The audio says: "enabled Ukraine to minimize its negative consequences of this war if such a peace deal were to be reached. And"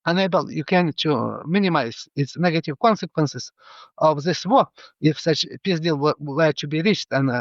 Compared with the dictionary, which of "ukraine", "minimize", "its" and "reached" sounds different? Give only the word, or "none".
ukraine